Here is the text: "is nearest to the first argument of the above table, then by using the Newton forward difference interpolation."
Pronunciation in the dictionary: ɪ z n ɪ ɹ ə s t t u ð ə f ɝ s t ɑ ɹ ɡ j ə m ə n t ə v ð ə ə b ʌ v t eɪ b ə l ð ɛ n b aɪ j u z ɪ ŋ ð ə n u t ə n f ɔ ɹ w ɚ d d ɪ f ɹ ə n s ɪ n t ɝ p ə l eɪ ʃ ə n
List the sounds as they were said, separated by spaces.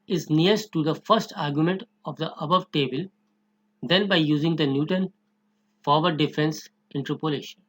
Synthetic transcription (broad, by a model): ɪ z n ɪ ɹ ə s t t u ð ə f ɝ s t ɑ ɹ ɡ j ə m ə n t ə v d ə ə b ʌ v t eɪ b ə l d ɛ n b aɪ j u z ɪ ŋ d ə n u t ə n f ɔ ɹ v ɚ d d ɪ f ɹ ə n s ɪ n t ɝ p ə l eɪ ʃ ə n